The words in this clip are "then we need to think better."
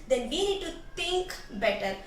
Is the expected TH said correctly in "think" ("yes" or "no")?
no